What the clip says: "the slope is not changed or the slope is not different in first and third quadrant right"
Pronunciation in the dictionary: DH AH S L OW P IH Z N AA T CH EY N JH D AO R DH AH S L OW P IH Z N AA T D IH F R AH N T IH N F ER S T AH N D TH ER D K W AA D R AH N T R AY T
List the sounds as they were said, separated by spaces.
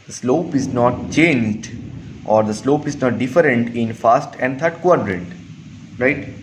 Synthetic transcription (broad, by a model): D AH S L OW P IH Z N AA T CH EY N JH D AO R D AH S L OW P IH Z N AA T D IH F R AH N T IH N F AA S T AH N D T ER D K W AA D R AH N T R AY T